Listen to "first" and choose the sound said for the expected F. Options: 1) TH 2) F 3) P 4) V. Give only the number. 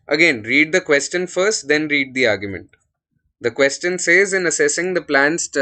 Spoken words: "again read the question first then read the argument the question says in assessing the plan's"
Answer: 2